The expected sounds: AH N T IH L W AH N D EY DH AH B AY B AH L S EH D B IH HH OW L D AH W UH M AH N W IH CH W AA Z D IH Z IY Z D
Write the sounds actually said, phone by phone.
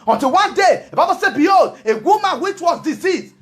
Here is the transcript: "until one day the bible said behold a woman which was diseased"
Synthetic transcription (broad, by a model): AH N T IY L W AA N D EY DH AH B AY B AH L S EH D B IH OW D AH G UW M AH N W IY CH W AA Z D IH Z IY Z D